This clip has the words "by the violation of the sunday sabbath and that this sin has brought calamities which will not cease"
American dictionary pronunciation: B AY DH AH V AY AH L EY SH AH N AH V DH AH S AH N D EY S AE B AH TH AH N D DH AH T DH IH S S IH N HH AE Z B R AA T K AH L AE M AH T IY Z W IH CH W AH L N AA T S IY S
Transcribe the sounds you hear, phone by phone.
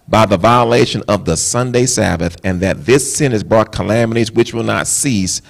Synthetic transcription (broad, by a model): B AY DH AH V AY AH L EY SH AH N AH V DH AH S AH N D EY S AE B AH TH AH N DH AH T DH IH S S IH N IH Z B R AA T K AH L AE M AH T IY Z W IH CH W AH L N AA T S IY S